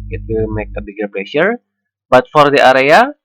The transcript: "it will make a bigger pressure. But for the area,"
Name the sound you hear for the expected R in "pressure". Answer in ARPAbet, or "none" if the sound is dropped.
L